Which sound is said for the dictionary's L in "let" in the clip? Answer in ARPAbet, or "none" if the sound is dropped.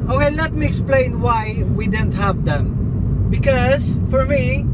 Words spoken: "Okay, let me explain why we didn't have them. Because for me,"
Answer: N